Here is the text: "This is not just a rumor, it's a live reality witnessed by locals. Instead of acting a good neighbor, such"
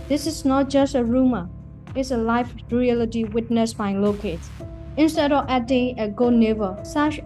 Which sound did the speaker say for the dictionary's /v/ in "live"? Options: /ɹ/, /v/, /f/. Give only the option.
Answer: /f/